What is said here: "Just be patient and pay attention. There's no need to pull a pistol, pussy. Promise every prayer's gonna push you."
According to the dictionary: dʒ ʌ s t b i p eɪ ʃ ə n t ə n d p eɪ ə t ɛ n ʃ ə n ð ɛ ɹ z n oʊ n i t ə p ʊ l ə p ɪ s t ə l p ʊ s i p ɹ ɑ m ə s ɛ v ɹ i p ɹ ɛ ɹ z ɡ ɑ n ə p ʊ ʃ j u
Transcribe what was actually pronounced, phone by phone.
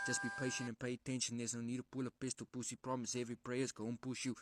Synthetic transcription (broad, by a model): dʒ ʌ s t b i p eɪ ʃ ə n t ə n p eɪ ə t ɛ n ʃ ə n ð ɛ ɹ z n oʊ n i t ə p ʊ l ə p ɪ s t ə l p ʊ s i p ɹ ɑ m ə s ɛ v ɹ i p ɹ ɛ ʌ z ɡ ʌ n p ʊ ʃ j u